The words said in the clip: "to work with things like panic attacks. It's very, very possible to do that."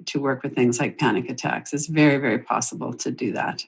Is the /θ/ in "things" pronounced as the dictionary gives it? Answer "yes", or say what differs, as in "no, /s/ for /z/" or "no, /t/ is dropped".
yes